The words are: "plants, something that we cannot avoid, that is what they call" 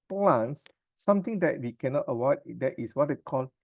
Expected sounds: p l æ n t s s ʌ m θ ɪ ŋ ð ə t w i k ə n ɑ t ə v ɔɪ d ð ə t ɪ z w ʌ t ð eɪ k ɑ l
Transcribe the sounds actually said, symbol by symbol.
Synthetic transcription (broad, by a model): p l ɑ n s s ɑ m t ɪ ŋ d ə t w i k ə n ɑ t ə w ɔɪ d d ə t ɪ s w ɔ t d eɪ k ɑ l